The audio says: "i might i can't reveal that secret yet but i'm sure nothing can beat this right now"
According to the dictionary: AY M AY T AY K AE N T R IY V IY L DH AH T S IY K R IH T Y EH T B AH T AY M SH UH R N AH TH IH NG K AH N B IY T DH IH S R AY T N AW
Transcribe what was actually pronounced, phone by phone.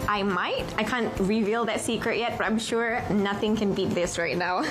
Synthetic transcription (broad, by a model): AY M AY T AY K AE N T R IY V IY L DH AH T S IY K R IH T Y EH T B AH T AY M SH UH R N AH TH IH NG K AH N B IY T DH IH S R AY T N AW